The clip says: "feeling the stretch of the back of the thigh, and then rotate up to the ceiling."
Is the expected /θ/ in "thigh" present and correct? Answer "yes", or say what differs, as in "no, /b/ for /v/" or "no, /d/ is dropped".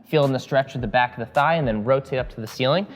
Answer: yes